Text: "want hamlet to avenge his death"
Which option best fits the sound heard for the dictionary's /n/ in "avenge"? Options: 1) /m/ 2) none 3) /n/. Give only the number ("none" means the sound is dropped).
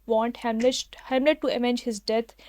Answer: 2